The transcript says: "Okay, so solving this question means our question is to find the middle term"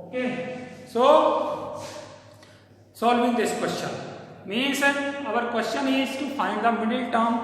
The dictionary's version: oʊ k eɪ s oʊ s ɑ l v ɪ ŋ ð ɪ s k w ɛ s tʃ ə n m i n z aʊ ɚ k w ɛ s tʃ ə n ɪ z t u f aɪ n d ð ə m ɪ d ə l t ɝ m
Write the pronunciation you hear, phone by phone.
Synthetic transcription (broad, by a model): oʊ k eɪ s oʊ s ɑ l v ɪ ŋ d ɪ s k w ɛ s tʃ ə n m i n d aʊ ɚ k w ɛ s tʃ ə n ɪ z t u f aɪ n d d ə m ɪ d ə l t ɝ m